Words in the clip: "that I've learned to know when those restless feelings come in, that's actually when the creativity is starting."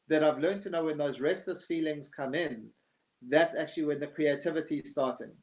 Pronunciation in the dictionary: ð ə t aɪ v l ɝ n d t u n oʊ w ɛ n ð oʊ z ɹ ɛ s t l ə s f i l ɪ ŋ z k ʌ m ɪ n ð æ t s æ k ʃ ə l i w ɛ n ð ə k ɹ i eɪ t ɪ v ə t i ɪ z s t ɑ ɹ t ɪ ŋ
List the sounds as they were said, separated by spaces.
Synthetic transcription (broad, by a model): ð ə t aɪ v l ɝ n t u n oʊ w ɛ n ð oʊ z ɹ ɛ s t l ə s f i l ɪ ŋ z k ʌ m ɪ n ð æ t s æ k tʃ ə l i w ɛ n ð ə k ɹ i eɪ t ɪ v ə t i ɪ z s t ɑ t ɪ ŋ